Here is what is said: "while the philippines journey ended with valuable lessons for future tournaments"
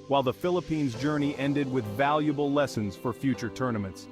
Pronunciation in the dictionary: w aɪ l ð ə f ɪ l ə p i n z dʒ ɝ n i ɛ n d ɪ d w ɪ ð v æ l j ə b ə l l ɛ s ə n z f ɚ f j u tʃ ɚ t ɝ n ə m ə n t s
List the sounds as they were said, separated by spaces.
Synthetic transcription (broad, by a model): w aɪ l ð ə f ɪ l ə p i n z dʒ ɝ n i ɛ n d ɪ d w ɪ ð v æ l j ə b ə l l ɛ s ə n z f ɚ f j u tʃ ɚ t ɝ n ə m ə n t s